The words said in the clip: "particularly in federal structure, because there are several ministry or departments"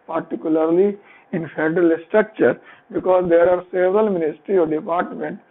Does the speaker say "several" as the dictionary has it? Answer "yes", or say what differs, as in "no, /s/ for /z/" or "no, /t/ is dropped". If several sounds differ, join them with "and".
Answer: yes